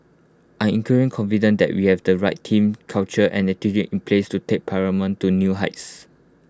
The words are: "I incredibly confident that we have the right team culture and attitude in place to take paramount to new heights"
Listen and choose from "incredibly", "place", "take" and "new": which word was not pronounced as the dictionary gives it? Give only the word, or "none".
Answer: incredibly